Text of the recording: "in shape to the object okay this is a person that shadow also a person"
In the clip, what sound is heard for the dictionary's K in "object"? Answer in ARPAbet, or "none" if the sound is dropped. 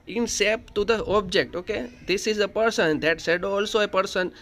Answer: K